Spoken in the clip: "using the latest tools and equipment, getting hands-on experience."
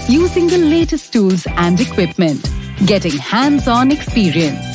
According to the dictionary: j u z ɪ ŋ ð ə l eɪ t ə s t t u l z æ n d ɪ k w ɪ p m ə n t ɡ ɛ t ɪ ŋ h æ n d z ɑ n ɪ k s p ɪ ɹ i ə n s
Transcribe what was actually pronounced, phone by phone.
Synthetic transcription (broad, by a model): j u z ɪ ŋ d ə l eɪ t ə s t t u l z æ n d ɪ k w ɪ p m ə n t ɡ ɛ t ɪ ŋ h æ n d z ɑ n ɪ k s p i ɹ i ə n s